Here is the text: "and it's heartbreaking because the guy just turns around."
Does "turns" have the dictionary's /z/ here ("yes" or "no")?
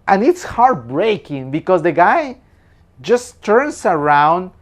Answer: no